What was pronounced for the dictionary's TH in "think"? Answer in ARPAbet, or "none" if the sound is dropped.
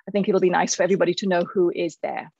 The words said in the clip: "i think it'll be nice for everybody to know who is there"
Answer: TH